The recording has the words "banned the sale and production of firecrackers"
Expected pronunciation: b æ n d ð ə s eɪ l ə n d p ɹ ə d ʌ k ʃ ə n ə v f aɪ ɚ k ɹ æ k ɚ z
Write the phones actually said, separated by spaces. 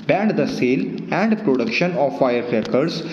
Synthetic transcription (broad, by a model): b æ n d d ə s eɪ l ə n d p ɹ ə d ʌ k ʃ ə n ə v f aɪ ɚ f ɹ k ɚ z